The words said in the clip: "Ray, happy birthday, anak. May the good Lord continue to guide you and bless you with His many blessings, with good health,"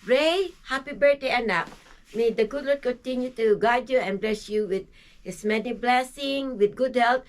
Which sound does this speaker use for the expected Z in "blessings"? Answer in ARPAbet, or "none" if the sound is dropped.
none